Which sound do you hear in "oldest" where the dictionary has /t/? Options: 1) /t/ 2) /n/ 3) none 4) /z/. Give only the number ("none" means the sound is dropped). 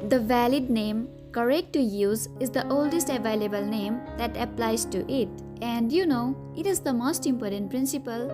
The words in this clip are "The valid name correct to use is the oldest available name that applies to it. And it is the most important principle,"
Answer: 1